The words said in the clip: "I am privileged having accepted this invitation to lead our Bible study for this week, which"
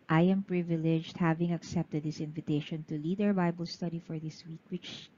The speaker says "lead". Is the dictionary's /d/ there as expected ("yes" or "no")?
yes